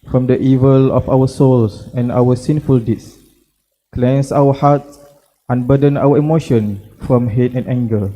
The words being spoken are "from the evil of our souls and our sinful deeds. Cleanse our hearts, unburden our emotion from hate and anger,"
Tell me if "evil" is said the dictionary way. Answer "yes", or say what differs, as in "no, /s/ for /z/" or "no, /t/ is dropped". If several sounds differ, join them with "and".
yes